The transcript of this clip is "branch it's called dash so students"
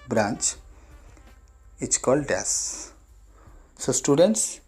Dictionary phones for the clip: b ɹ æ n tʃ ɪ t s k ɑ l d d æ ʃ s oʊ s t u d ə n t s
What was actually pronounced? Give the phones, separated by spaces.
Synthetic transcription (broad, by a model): b ɹ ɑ n tʃ ɪ t s k ɑ l d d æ s s oʊ s t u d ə n t s